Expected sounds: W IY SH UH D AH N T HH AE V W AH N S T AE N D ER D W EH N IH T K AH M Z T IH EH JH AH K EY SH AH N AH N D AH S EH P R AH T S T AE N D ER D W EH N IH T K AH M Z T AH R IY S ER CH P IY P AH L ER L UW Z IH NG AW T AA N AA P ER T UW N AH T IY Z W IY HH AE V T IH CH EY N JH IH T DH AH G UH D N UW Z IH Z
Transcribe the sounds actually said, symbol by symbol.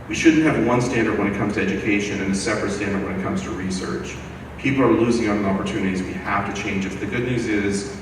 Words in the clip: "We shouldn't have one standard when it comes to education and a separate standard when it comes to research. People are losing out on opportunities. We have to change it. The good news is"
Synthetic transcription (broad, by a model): W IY SH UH D N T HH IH V W AH N S T AE N D ER D W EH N IH T K AH M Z T IH EH JH AH K EY SH AH N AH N AH S EH P R AH T S T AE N D ER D W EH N IH T K AH M Z T AH R IY S ER CH P IY P L ER L UW Z IH NG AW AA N AA P ER T UW N AH T IY Z W IY HH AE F T IH CH EY N JH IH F DH AH G UH D N UW Z IH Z